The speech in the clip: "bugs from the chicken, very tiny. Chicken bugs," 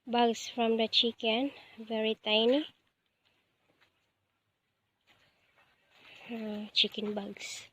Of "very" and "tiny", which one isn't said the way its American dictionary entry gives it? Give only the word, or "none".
none